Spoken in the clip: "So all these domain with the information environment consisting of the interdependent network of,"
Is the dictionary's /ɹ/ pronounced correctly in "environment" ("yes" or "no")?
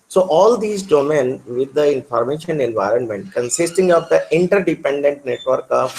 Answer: yes